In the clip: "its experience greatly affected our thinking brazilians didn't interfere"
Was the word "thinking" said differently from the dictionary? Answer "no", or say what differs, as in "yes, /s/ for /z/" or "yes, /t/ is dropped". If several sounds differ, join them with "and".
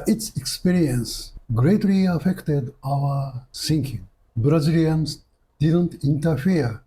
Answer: yes, /s/ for /θ/